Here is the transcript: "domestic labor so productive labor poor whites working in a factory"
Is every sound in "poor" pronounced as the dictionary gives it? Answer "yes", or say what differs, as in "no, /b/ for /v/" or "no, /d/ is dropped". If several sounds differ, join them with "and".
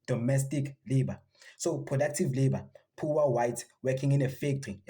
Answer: no, /w/ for /ɹ/